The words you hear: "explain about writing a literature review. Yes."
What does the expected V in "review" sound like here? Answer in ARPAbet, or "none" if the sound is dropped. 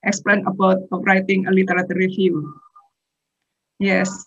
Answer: F